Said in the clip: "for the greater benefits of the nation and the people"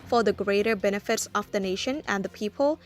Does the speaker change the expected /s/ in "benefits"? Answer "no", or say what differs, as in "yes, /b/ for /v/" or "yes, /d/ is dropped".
no